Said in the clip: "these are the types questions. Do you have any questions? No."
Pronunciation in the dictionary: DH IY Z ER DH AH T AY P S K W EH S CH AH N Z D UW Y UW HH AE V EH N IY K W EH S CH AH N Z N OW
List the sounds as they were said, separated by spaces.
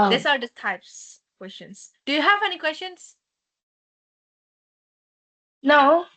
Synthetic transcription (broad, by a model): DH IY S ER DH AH T AY P S K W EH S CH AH N S D UW Y UW HH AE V EH N IY K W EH S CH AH N S N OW